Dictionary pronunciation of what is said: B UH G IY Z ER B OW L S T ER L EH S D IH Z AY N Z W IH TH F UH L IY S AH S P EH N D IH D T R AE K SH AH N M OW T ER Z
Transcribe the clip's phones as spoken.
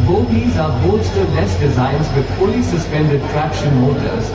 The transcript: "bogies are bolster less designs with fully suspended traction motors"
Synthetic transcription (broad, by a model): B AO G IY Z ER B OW S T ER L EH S D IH Z AY N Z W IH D F UH L IY S AH S P EH N D IH D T R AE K SH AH N M OW T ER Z